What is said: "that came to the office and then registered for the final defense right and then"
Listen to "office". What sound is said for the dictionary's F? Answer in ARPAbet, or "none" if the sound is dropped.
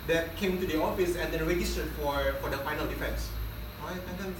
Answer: F